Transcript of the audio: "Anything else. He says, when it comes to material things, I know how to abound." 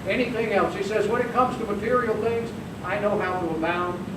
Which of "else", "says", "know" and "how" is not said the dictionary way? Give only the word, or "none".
none